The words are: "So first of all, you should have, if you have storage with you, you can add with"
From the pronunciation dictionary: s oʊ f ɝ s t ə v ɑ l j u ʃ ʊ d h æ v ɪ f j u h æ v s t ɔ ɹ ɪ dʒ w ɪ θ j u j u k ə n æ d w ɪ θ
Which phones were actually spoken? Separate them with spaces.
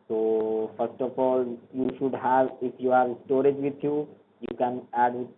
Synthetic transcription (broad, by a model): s oʊ f ɝ s t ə f ɑ l j u ʃ ʊ d h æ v ɪ f j u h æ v s t ɔ ɹ ɪ dʒ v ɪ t j u j u k ə n æ d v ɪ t